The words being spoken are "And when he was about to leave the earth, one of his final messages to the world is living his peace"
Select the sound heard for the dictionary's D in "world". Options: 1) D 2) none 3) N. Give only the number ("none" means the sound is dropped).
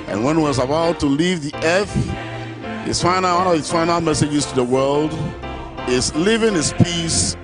1